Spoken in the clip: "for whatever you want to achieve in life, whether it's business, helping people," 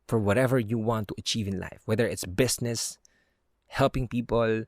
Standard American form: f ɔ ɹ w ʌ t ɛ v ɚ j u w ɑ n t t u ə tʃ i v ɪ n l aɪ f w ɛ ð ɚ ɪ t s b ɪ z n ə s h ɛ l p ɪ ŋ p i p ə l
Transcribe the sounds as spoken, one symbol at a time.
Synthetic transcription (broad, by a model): f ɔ ɹ w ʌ t ɛ v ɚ j u w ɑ n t t u ə tʃ i v ɪ n l aɪ f w ɛ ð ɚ ɪ t s b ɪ s n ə s h ɛ l p ɪ ŋ p i p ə l